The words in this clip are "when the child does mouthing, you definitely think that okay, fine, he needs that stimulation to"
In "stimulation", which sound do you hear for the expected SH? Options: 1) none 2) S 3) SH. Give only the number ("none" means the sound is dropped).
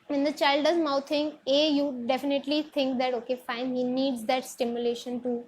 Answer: 3